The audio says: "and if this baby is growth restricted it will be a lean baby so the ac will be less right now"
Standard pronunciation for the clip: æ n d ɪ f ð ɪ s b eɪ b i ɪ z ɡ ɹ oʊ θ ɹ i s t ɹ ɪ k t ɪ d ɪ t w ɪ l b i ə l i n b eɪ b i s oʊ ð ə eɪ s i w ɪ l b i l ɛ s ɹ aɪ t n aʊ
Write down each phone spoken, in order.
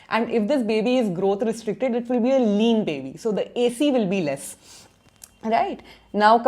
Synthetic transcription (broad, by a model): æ n d ɪ f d ɪ s b eɪ b i ɪ z ɡ ɹ oʊ t ɹ i s t ɹ ɪ k t ɪ d ɪ t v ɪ l b i ə l i n b eɪ b i s oʊ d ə eɪ s i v ɪ l b i l ɛ s ɹ aɪ t n aʊ